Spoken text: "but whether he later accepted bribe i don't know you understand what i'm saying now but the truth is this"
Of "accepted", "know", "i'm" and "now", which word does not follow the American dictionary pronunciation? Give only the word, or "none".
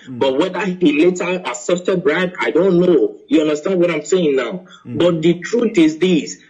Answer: accepted